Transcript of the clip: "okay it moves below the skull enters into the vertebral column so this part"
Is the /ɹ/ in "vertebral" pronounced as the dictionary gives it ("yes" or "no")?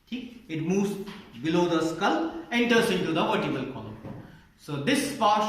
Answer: no